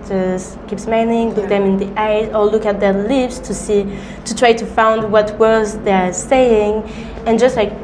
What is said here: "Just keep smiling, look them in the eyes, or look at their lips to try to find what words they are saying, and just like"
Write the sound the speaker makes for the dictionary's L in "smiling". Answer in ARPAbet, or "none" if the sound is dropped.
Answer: N